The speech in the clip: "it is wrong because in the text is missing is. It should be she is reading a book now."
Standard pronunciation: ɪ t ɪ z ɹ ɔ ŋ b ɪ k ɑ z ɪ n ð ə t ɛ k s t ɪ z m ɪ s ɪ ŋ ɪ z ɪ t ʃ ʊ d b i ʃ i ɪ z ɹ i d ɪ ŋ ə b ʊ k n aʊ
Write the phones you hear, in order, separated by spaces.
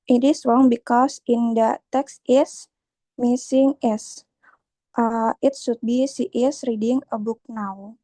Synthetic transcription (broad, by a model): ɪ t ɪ s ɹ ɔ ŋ b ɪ k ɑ s ɪ n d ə t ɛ k s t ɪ s m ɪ s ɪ ŋ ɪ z ɪ t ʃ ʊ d b i s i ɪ s ɹ i d ɪ ŋ ə b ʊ k n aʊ